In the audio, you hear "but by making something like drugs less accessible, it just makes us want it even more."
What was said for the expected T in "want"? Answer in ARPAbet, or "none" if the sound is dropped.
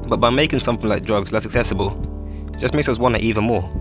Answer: none